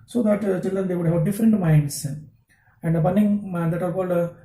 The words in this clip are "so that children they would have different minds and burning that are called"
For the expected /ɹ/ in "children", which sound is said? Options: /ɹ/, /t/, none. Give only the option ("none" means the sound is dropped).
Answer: none